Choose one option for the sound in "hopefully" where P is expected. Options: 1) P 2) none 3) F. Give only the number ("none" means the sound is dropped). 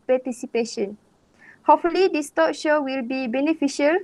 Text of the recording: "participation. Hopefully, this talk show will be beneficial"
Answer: 2